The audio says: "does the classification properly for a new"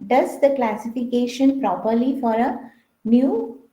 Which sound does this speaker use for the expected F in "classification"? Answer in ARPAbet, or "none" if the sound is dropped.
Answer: F